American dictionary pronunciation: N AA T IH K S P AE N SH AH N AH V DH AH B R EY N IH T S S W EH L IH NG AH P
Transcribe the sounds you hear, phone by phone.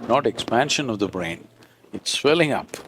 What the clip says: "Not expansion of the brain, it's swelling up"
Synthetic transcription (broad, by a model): N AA T IH K S P AE N SH AH N AH V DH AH B R EY N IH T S S W EH L IH NG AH P